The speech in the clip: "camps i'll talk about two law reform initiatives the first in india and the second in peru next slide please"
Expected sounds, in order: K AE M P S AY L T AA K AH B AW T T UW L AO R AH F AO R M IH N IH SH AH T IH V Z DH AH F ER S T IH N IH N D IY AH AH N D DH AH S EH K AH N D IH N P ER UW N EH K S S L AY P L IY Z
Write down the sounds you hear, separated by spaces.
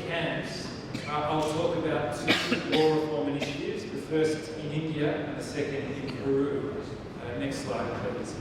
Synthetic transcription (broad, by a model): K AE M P S AY L T AA K AH B AW T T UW W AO R AH F AO R M IH N IH SH AH T IH V Z DH AH F ER S T IH N IH N D IY AH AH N DH AH S EH K AH N D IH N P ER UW N EH K S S L AY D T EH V